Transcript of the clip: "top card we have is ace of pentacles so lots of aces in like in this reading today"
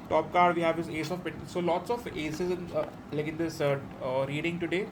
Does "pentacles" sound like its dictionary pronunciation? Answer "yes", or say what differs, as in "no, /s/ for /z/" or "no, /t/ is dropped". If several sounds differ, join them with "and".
no, /n/ is dropped